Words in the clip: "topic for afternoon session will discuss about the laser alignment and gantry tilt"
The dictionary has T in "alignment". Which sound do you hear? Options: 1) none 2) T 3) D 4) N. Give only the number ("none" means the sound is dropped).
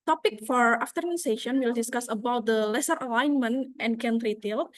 2